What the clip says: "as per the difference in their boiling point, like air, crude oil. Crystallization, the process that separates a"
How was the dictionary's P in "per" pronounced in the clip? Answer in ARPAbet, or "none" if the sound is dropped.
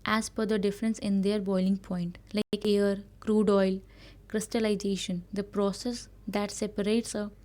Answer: F